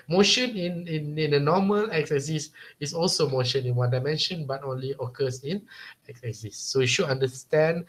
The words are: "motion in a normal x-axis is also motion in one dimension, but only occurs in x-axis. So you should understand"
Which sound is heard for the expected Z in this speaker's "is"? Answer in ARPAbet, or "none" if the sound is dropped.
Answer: S